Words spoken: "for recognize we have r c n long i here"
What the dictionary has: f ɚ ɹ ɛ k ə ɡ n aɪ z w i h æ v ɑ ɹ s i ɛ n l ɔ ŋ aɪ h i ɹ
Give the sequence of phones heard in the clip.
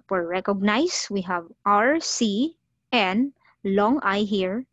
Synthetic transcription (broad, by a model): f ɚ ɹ ɛ k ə ɡ n aɪ s w i h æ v ɑ ɹ s i ɛ n l ɔ ŋ aɪ h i ɹ